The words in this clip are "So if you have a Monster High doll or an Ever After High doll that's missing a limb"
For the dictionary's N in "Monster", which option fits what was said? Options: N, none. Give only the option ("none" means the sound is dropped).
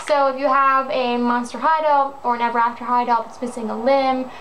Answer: N